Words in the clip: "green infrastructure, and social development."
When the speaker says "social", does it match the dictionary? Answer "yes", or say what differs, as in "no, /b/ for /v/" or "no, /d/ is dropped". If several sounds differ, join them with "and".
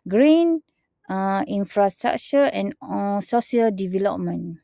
no, /ʃ/ is dropped